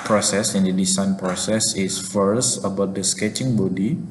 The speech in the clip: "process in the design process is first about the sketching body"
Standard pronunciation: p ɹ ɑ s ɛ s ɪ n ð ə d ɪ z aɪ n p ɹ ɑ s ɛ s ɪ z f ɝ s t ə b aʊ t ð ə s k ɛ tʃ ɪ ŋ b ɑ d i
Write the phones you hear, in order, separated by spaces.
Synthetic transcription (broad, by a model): p ɹ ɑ s ɛ s ɪ n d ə d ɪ s aɪ n p ɹ ɑ s ɛ s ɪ s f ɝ s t ə b aʊ t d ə s k ɛ tʃ ɪ ŋ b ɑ d i